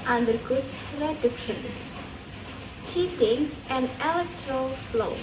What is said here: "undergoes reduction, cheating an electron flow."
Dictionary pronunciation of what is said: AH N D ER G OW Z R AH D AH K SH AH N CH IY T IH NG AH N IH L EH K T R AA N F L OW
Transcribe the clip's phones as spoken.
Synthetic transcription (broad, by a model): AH N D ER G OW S R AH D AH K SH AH N CH IY T IH NG AH N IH L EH K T R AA L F L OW